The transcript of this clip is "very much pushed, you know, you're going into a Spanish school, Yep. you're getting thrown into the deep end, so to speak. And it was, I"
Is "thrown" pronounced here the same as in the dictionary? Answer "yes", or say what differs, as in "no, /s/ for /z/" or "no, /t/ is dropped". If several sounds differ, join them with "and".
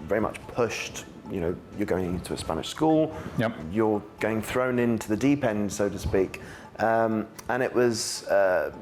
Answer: yes